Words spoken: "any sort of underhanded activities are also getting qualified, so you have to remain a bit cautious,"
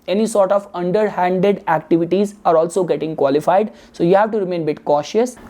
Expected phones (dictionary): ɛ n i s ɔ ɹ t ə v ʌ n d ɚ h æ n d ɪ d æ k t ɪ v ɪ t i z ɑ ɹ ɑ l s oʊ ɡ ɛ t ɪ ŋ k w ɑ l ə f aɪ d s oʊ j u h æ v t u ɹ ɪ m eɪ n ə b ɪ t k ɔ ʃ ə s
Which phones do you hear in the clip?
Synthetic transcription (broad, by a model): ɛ n i s ɔ ɹ t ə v ʌ n d ɚ h æ n d ɪ d æ k t ɪ v ɪ t i z ɑ ɹ ɑ l s oʊ ɡ ɛ t ɪ ŋ k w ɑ l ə f aɪ d s oʊ j u h æ v t u ɹ ɪ m eɪ n b ɪ t k ɔ ʃ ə s